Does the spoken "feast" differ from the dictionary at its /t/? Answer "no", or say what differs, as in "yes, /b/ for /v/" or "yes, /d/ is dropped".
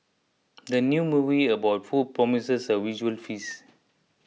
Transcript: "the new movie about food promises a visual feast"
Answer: yes, /t/ is dropped